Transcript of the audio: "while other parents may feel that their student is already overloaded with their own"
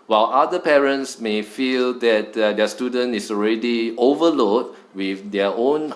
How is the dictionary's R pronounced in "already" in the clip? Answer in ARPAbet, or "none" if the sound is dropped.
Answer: R